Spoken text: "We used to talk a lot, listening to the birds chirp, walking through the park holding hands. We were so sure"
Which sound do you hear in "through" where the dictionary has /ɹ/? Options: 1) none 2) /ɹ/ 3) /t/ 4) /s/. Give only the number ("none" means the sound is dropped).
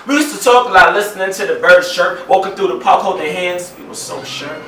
1